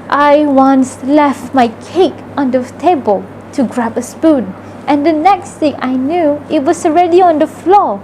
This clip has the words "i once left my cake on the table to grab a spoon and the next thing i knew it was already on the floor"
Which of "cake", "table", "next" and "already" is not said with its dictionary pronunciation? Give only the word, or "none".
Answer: none